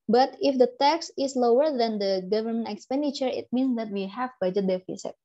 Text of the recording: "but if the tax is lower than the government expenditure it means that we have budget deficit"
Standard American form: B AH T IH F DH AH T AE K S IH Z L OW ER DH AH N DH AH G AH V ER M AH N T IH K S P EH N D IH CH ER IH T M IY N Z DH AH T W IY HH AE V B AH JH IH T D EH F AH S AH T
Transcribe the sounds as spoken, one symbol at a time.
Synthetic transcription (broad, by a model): B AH T IH F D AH T AE K S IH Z L OW ER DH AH N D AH G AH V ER M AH N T IH K S P EH N D IH CH ER IH T M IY N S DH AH T W IY HH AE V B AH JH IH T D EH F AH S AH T